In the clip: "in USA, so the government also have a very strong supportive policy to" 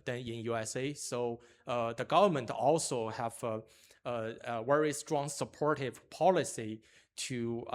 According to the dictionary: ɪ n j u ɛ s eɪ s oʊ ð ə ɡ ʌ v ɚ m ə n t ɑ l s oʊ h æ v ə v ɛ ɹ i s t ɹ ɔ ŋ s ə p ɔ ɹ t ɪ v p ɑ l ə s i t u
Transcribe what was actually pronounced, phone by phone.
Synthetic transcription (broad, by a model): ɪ n j u ɛ s eɪ s oʊ ð ə ɡ ʌ v ɚ m ə n t ɑ l s oʊ h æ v ə w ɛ ɹ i s t ɹ ɔ ŋ s ə p ɔ ɹ t ɪ v p ɑ l ə s i t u